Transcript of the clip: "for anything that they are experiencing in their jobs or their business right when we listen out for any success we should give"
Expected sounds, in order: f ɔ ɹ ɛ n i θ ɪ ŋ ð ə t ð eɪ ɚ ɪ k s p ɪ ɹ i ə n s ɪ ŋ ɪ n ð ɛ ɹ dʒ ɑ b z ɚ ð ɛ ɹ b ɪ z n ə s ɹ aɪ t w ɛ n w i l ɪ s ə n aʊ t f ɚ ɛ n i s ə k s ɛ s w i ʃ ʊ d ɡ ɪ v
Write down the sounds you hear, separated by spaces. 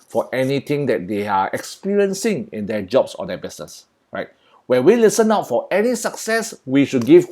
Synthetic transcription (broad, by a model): f ɔ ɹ ɛ n i t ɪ ŋ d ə t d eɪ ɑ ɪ k s p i ɹ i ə n s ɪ ŋ ɪ n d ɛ dʒ ɑ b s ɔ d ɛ b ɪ s n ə s ɹ aɪ t w ɛ n w i l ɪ s ə n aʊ t f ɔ ɛ n i s ə k s ɛ s w i ʃ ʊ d ɡ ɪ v